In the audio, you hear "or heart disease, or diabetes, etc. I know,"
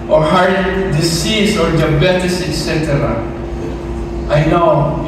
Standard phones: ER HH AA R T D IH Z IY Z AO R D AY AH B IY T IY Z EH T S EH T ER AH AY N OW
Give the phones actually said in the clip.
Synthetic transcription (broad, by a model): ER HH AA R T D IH S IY S AO R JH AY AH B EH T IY S EH T S EH T ER AH AY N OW